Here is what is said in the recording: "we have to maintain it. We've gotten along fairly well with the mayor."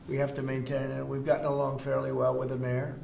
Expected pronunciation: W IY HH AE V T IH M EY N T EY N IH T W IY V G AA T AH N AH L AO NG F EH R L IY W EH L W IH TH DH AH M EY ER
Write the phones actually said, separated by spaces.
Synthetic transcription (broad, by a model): W IY HH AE F T IH M EY N T EY N IH T W IY V G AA T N AH L AO NG F EH R L IY W EH L W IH DH AH M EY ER